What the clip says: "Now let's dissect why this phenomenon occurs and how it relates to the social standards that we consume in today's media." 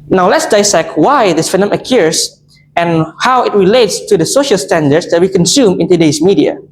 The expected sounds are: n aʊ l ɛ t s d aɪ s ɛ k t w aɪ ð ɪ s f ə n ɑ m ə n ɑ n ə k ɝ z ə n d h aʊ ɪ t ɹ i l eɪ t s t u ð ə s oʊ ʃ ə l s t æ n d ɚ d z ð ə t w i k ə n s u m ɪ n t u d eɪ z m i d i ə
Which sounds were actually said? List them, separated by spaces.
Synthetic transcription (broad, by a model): n aʊ l ɛ t s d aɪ s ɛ k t w aɪ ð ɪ s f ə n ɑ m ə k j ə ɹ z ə n h aʊ ɪ t ɹ i l eɪ t s t u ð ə s oʊ ʃ ə l s t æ n d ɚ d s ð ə t w i k ə n s u m ɪ n t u d eɪ s m i d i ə